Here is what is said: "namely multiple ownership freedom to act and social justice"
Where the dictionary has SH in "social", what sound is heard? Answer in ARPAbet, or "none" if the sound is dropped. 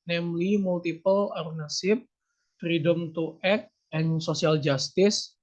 S